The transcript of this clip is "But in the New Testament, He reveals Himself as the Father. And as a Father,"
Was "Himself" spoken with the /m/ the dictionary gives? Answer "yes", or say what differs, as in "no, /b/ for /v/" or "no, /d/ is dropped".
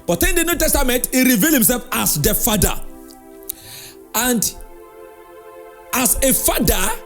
yes